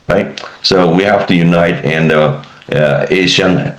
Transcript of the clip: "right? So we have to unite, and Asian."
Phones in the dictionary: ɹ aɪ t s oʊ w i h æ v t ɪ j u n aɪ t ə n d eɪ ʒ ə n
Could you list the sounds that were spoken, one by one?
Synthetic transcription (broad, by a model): ɹ aɪ t s oʊ w i h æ f t ɪ j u n aɪ t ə n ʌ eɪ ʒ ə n